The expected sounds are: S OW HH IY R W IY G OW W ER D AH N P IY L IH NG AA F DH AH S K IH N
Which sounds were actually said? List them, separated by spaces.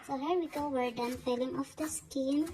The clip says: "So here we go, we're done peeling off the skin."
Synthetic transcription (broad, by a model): S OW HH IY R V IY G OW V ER D AH N F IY L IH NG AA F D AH S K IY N